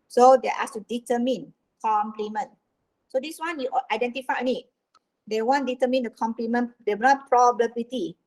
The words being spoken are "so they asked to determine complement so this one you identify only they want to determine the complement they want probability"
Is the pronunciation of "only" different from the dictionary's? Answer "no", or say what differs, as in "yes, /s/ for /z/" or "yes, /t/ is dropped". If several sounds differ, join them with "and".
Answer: yes, /l/ is dropped